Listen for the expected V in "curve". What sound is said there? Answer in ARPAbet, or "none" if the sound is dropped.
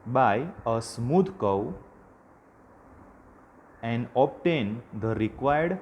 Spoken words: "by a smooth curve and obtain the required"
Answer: W